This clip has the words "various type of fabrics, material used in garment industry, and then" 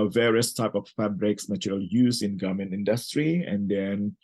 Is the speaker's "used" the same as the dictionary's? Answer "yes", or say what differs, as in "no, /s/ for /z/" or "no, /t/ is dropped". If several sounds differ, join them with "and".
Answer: no, /d/ is dropped